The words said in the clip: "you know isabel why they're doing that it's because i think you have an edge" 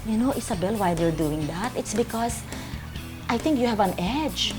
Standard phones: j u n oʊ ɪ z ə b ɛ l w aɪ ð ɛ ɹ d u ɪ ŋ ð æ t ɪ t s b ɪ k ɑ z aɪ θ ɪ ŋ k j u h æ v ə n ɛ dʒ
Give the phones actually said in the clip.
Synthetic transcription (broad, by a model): j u n oʊ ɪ s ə b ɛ l w aɪ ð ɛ ɹ d u ɪ ŋ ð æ t ɪ t s b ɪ k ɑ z aɪ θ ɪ ŋ k j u h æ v ə n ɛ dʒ